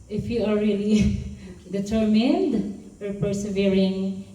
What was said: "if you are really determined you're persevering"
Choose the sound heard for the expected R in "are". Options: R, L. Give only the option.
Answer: L